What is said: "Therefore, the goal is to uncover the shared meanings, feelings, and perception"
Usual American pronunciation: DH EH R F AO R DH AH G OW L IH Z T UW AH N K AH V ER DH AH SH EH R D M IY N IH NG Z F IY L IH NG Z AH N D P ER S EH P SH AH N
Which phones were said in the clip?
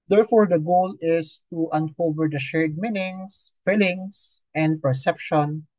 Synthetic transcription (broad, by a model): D EH R F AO R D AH G OW L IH S T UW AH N K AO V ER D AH SH EH R D M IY N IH NG S F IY L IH NG S AH N D P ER S EH P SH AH N